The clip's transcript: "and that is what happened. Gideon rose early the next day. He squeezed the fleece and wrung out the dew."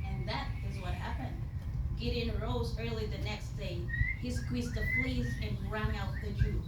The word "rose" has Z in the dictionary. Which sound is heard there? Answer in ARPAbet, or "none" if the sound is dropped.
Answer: Z